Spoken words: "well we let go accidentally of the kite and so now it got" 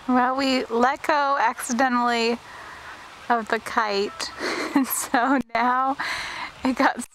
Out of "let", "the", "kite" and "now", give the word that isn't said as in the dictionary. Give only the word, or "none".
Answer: none